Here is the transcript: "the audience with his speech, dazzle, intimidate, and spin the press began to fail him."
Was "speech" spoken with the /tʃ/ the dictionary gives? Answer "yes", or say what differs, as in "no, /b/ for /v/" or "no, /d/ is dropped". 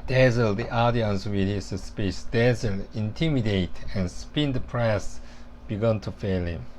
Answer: no, /s/ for /tʃ/